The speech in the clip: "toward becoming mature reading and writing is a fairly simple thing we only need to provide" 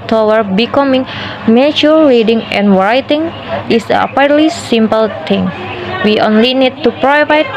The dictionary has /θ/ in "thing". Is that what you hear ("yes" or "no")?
no